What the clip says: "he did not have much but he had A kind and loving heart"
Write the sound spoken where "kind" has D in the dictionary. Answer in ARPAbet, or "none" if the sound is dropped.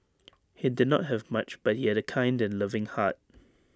D